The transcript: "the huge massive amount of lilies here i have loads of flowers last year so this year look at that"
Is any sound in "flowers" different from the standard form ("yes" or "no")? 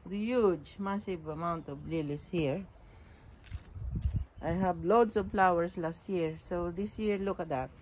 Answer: yes